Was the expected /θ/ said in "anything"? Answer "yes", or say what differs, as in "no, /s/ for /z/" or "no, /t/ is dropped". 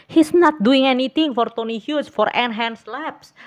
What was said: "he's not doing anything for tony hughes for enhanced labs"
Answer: no, /t/ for /θ/